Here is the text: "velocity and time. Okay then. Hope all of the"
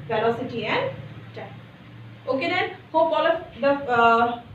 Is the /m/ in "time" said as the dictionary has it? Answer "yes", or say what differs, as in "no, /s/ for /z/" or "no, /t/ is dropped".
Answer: no, /m/ is dropped